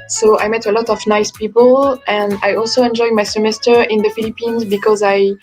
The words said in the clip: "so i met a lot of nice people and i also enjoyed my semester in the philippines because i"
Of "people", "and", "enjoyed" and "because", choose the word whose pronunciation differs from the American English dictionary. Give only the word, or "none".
none